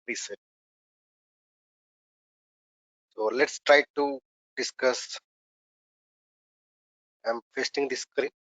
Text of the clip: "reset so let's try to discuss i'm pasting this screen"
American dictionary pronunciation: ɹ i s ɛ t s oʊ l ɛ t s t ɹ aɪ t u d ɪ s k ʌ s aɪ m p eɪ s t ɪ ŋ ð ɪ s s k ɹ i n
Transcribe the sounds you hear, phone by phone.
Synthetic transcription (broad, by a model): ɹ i s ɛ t s oʊ l ɛ t s t ɹ aɪ t u d ɪ s k ʌ s aɪ m f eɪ s t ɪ ŋ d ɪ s s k ɹ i